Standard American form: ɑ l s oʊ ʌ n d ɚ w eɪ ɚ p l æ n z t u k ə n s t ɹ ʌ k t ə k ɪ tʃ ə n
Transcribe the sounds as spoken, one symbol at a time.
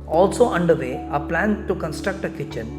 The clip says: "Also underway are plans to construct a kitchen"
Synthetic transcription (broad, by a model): ɑ l s oʊ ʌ n d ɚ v eɪ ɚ p l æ n t u k ə n s t ɹ ʌ k t ə k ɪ tʃ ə n